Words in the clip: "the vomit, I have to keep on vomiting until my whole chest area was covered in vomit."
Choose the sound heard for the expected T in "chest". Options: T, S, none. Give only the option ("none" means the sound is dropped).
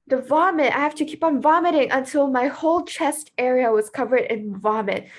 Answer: T